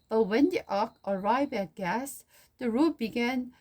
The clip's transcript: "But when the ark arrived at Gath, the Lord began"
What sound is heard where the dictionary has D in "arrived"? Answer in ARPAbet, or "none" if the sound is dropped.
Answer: none